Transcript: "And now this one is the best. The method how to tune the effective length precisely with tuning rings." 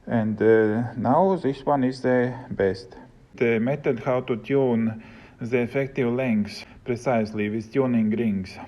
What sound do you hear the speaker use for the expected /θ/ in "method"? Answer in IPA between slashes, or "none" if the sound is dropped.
/t/